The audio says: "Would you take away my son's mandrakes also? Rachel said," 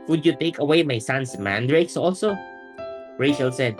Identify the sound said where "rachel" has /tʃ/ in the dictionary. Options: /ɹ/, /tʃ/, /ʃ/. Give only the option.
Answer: /ʃ/